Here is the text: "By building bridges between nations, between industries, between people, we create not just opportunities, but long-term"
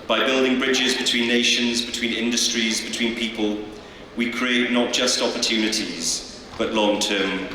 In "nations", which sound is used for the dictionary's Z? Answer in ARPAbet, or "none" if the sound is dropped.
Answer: Z